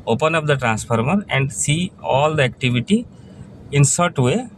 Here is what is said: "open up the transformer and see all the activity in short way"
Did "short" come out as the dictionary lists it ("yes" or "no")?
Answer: no